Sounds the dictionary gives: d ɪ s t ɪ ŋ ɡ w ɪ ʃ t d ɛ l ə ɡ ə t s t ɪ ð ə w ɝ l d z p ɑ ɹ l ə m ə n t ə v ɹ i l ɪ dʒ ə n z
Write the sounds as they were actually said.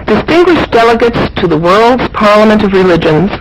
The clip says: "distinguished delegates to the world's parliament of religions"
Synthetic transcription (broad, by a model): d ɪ s t ɪ ŋ ɡ w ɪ ʃ d ɛ l ə ɡ ə t s t ɪ ð ə w ɝ l d z p ɑ ɹ l ə m ə n t ə v ɹ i l ɪ dʒ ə n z